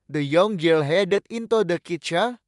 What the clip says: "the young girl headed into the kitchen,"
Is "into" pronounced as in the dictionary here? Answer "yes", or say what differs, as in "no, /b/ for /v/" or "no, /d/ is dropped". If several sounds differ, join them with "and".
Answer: yes